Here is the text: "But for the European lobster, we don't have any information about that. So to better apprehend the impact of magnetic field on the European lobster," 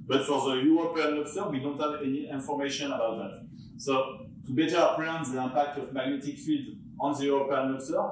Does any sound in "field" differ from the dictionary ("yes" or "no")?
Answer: no